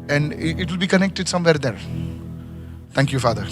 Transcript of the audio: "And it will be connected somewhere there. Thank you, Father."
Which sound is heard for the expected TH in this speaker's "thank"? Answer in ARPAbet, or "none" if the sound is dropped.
T